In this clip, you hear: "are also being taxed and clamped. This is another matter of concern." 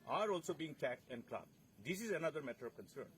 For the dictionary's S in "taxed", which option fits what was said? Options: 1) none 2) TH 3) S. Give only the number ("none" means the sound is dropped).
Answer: 1